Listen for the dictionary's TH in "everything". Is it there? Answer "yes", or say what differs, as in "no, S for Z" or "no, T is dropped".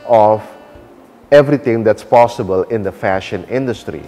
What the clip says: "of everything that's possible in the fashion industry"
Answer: no, T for TH